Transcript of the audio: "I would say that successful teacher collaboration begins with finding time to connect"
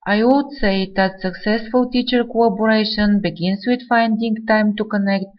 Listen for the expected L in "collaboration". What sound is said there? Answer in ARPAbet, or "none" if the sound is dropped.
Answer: none